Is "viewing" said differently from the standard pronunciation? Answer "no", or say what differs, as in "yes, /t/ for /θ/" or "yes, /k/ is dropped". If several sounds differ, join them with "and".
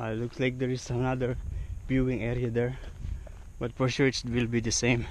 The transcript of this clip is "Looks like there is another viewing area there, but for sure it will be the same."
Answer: yes, /b/ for /v/